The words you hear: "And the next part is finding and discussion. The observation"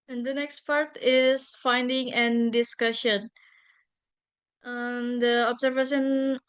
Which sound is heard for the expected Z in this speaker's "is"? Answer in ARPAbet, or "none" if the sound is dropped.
S